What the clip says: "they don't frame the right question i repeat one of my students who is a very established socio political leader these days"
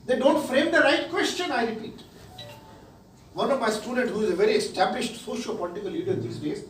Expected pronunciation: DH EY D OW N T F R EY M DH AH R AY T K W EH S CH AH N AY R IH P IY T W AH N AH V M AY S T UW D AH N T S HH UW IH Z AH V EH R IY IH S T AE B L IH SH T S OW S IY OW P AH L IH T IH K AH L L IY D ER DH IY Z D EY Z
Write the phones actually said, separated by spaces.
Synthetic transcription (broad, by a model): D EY D OW N T F R EY M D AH R AY T K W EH S CH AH N AY R IH P IY T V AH N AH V M AY S T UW D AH N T HH UW IH Z AH V EH R IY IH S T AE B L IH SH T S OW SH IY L P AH L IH T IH K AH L L IY D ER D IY S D EY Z